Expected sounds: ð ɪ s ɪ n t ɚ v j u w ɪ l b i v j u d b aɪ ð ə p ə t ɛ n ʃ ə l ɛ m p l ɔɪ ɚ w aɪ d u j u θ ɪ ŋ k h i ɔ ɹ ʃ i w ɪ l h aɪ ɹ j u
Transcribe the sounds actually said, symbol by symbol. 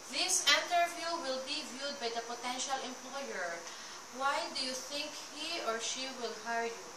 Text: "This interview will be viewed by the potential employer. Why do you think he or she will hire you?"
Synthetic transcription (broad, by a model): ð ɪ s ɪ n t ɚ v j u w ɪ l b i v j u d b aɪ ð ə p ə t ɛ n ʃ ə l ɛ m p l ɔɪ ɚ w aɪ d u j u θ ɪ ŋ k h i ɔ ɹ ʃ i w ɪ l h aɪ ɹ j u